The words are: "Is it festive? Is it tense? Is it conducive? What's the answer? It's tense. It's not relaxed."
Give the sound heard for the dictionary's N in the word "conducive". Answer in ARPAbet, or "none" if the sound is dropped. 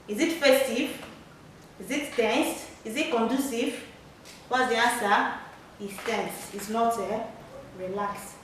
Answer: N